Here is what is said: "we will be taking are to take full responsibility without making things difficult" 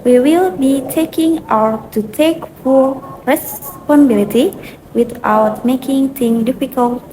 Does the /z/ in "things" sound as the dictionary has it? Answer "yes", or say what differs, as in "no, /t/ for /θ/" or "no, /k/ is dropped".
no, /z/ is dropped